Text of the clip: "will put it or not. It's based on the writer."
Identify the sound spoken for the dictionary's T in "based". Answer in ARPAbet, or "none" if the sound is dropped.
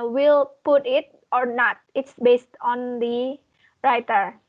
T